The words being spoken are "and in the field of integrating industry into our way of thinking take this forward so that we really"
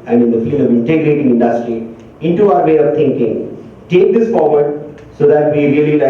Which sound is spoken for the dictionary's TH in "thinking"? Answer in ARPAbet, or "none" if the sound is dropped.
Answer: T